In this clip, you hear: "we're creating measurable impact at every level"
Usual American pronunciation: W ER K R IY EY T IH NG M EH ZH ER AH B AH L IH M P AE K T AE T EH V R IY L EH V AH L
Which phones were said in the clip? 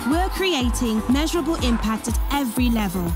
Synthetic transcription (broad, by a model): W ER K R IY EY T IH NG M EH ZH ER AH B AH L IH M P AE K T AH T EH V R IY L EH V AH L